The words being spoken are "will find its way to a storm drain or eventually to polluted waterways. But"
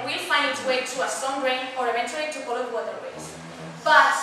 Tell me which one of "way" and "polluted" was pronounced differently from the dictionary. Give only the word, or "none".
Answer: polluted